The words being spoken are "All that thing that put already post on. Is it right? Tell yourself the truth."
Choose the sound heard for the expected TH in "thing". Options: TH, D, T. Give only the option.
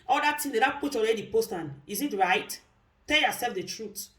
T